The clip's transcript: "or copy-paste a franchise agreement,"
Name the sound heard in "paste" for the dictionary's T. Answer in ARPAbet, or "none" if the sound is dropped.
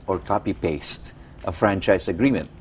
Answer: T